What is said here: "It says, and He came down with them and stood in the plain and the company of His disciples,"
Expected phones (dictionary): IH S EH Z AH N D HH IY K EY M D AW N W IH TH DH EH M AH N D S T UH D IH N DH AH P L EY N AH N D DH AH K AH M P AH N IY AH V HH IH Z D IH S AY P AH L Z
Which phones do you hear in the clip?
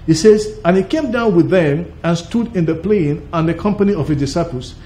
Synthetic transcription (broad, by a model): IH S EH Z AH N HH IY K EY M D AW N W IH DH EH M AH N S T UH D IH N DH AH P L EY N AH N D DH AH K AH M P AH N IY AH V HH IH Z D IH S AY P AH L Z